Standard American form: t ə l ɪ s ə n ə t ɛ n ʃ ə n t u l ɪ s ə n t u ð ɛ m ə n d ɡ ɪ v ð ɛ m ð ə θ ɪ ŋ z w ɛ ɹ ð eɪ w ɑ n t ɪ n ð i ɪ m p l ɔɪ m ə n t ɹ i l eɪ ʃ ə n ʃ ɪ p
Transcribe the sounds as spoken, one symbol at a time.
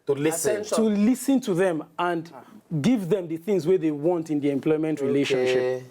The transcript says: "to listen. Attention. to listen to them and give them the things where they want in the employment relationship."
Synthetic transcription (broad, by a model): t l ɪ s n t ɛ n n t u l ɪ s ə n t u ð ɛ m ə n d ɡ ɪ v ð ɛ m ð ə θ ɪ ŋ z w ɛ ð eɪ w ɑ n t ɪ n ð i ɪ m p l ɔɪ m ə n t ɹ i l eɪ ʃ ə n ʃ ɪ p